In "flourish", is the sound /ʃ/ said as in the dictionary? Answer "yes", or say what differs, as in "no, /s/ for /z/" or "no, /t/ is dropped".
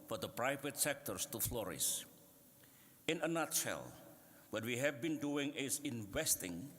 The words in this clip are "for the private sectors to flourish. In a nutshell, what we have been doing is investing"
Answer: no, /s/ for /ʃ/